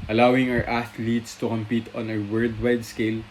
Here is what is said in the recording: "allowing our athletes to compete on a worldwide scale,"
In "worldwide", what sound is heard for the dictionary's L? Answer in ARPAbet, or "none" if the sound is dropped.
none